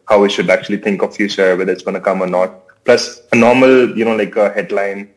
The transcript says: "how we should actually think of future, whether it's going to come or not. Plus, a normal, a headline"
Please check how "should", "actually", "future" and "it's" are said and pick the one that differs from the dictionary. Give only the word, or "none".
future